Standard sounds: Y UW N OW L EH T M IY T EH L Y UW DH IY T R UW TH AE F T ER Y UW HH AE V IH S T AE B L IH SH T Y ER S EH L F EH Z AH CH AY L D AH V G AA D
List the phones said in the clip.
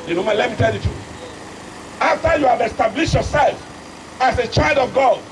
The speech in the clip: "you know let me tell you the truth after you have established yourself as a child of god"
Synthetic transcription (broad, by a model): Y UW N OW L EH T M IY T EH L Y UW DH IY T UW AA F T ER Y UW HH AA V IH S T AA B L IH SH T Y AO S EH L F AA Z AH CH AY L D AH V G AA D